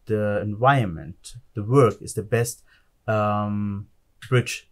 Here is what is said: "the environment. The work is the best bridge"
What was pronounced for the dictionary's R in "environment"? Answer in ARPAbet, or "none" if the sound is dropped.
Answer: none